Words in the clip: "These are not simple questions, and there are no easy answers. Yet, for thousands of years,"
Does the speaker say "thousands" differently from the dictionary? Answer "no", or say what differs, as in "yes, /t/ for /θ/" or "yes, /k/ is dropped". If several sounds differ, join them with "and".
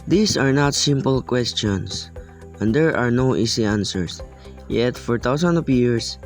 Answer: yes, /t/ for /θ/